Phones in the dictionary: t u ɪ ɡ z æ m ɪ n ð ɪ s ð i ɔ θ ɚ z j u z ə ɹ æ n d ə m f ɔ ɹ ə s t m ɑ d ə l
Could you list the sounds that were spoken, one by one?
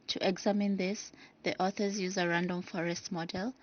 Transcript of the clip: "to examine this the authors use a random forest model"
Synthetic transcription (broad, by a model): t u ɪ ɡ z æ m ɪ n ð ɪ s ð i ɔ θ ɚ z j u z ə ɹ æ n d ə m f ɔ ɹ ə s t m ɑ d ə l